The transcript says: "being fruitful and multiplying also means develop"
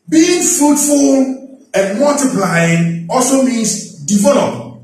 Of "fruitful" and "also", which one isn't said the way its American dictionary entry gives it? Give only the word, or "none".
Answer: none